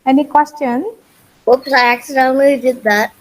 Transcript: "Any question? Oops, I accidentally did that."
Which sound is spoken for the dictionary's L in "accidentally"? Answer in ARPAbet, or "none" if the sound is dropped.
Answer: none